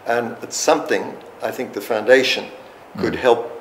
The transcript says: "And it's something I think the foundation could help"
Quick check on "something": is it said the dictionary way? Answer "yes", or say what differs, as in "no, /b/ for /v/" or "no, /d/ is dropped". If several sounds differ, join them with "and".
yes